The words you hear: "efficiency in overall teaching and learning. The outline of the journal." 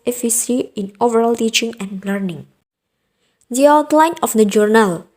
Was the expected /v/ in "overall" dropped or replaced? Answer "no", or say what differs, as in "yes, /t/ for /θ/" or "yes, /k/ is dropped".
no